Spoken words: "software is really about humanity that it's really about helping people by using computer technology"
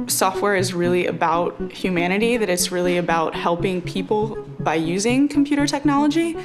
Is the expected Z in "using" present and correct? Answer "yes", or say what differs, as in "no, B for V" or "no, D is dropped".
yes